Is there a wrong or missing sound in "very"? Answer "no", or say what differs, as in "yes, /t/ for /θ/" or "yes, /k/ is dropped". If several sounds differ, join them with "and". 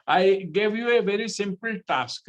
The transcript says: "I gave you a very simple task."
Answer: no